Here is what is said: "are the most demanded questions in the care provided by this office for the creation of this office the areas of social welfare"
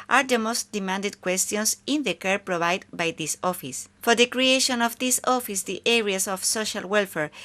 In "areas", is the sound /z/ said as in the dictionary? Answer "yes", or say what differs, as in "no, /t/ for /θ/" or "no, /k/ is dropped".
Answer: no, /s/ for /z/